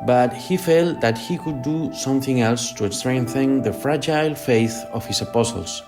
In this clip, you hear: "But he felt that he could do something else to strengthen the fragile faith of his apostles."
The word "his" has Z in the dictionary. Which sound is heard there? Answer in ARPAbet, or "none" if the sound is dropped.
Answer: S